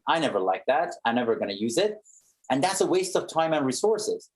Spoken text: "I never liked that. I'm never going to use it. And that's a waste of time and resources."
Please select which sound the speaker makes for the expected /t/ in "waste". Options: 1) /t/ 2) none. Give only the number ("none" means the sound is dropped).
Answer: 1